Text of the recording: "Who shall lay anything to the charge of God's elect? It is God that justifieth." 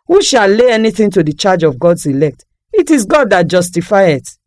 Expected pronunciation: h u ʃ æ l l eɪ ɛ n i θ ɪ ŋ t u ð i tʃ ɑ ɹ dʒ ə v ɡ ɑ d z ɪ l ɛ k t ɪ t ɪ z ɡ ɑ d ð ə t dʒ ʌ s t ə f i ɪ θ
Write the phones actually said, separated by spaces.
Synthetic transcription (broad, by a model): h u ʃ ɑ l l eɪ ɛ n i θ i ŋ t u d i tʃ ɑ dʒ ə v ɡ ɑ d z ɪ l ɛ k t ɪ t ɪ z ɡ ɑ d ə t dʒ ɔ s t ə f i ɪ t